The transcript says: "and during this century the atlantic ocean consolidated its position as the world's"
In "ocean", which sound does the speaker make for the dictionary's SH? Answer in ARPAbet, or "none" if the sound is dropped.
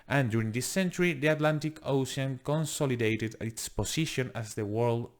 S